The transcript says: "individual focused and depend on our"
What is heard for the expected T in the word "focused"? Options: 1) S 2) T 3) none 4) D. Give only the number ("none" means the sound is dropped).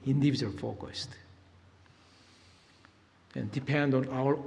2